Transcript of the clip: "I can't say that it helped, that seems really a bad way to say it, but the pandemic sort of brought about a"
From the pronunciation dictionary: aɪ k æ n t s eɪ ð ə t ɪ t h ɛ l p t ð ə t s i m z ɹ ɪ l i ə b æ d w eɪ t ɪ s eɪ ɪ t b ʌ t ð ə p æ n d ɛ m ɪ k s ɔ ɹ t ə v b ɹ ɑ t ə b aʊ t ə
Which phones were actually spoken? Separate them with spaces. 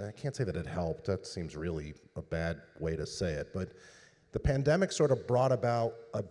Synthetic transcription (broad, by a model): aɪ k æ n t s eɪ ð ə t ɪ t h ɛ l p t ð ə t s i m z ɹ ɪ l i ə b æ d w eɪ t ɪ s eɪ ɪ t b ʌ t ð ə p æ n d ɛ m ɪ k s ɔ ɹ t ə v b ɹ ɑ t ə b aʊ t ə